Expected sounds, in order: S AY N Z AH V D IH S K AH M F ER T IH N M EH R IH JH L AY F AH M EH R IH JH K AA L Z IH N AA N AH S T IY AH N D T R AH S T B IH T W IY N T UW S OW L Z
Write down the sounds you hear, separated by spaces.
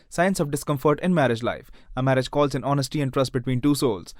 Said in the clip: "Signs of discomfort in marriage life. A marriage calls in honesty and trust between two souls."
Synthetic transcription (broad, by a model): S AY N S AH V D IH S K AH M F ER T IH N M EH R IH JH L AY F AH M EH R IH JH K AA L Z IH N AA N AH S T IY AH N D T R AH S T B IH T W IY N T UW S OW L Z